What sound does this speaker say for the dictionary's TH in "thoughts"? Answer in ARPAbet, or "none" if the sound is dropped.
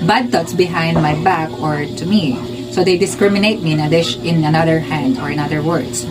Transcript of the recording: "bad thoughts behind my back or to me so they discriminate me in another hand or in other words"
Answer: T